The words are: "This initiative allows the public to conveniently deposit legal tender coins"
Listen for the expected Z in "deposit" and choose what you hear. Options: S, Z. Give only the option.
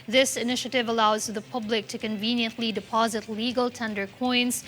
Z